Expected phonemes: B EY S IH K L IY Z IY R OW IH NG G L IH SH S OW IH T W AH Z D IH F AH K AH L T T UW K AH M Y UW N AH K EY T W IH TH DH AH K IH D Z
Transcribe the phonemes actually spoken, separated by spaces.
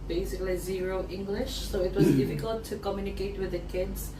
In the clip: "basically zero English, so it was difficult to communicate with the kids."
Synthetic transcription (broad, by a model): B EY S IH K L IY Z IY R OW IH NG G L IH SH S OW IH T W AH Z D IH F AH K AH L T T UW K AH M Y UW N AH K EY T W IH DH AH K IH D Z